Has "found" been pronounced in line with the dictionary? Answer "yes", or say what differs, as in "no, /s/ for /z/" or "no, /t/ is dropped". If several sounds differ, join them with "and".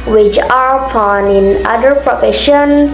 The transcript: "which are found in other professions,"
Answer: no, /d/ is dropped